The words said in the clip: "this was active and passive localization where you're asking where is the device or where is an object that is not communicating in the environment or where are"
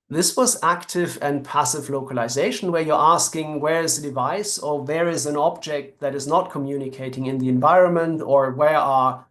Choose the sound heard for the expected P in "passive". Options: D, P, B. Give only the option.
P